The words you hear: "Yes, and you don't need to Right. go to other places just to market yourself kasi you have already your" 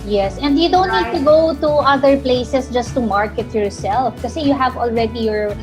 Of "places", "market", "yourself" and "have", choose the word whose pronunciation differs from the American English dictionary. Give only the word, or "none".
places